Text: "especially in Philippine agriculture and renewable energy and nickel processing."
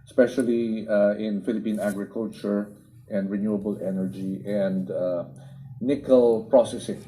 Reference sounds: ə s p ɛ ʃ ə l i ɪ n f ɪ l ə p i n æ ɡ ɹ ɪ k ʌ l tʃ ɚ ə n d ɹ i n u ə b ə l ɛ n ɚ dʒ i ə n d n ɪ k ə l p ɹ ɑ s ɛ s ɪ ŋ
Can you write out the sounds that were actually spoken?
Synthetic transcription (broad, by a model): s p ɛ ʃ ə l i ɪ n f ɪ l ə p i n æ ɡ ɹ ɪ k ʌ l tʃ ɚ ə n d ɹ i n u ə b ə l ɛ n ɚ dʒ i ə n d n ɪ k ə l p ɹ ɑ s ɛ s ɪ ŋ